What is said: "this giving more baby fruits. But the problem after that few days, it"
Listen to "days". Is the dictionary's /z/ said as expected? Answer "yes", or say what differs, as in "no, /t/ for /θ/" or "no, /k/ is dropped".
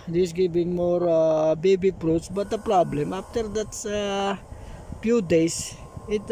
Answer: no, /s/ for /z/